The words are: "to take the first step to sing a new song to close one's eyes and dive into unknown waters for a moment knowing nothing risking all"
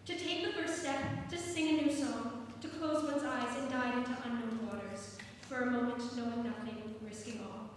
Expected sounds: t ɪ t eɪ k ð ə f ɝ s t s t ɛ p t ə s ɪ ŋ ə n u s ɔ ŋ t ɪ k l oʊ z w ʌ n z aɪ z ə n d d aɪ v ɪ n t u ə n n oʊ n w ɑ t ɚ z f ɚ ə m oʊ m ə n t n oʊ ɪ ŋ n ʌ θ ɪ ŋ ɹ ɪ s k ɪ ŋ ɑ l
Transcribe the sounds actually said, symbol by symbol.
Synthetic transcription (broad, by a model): t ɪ t eɪ k ð ə f ɝ s t s t ɛ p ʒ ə s ɪ ŋ ə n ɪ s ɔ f t ɪ k l oʊ z w ʌ n z aɪ z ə n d d aɪ ɪ n t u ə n n oʊ n w ɑ t ɚ z f ɚ ə m oʊ m ə n t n oʊ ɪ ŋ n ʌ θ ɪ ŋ ɹ ɪ s k ɪ ŋ ɑ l